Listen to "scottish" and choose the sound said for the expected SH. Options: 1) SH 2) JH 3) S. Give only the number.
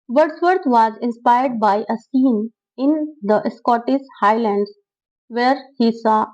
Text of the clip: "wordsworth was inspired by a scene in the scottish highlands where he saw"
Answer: 3